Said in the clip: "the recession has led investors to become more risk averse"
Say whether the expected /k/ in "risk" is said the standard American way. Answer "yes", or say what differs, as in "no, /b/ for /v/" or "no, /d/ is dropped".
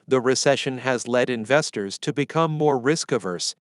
yes